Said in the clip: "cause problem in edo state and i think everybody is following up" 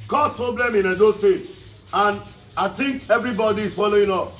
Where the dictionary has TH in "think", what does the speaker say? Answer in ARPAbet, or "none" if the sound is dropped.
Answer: T